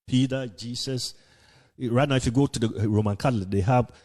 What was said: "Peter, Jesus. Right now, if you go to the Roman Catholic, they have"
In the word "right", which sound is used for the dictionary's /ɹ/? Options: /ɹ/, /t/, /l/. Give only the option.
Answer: /ɹ/